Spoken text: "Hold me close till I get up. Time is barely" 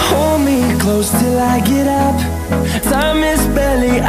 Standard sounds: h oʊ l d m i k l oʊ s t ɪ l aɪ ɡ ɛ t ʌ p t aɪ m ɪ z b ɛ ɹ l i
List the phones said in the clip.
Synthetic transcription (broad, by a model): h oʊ l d m i k l oʊ s t ɪ l aɪ ɡ ɛ t ʌ p s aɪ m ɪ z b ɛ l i